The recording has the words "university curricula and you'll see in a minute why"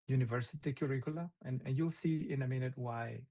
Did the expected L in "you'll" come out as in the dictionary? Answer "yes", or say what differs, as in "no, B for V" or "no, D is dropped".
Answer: yes